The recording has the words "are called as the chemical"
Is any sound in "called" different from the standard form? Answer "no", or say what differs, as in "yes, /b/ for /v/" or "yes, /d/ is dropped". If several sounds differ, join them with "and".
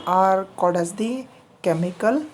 yes, /l/ is dropped